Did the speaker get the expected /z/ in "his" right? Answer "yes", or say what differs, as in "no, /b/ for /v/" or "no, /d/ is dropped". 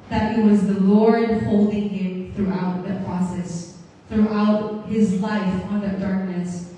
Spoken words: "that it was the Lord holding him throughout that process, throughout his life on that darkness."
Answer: yes